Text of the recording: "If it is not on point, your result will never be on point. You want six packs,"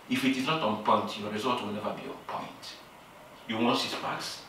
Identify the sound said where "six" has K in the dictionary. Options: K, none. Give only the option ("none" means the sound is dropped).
none